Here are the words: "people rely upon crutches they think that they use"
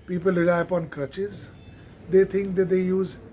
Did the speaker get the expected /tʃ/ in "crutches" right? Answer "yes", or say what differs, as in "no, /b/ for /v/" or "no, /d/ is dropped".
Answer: yes